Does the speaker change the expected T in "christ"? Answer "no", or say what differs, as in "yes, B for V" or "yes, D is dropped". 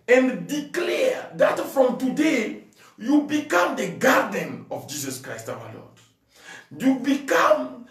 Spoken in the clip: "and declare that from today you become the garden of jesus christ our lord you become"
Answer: no